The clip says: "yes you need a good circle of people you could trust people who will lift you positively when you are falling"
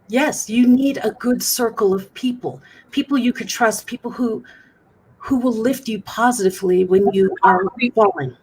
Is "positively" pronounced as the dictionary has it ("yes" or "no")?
yes